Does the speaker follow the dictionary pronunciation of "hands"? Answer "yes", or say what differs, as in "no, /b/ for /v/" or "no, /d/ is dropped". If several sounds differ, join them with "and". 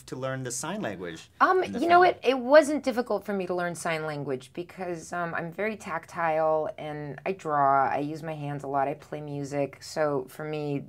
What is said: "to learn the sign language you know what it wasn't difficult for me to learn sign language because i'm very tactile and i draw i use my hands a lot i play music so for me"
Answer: yes